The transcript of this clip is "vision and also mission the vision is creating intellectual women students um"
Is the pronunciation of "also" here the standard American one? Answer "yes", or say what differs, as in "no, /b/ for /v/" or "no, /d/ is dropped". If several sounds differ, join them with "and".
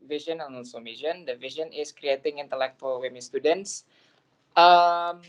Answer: no, /n/ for /l/